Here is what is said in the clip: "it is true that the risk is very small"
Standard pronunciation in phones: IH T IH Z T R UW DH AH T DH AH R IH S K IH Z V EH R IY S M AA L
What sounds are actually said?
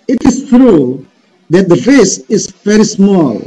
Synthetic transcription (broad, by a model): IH T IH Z T R UW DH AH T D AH R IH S IH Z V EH R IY S M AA L